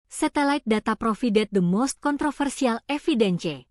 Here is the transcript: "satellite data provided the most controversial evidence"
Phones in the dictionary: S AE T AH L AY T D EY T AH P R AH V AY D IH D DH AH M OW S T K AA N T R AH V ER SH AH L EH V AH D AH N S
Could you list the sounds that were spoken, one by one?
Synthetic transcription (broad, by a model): S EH T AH L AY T D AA T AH P R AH F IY D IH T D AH M OW S T K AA N T R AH F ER S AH L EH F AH D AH N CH